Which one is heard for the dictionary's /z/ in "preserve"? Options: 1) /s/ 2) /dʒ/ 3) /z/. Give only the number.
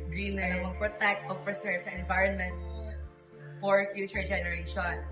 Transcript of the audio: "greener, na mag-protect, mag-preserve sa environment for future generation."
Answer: 1